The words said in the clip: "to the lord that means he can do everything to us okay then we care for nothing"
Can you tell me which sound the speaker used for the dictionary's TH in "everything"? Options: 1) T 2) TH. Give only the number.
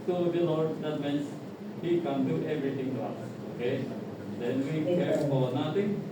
1